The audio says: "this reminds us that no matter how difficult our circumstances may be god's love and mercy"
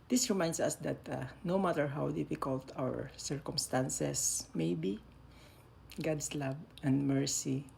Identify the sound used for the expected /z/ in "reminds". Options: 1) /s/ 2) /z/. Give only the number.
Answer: 1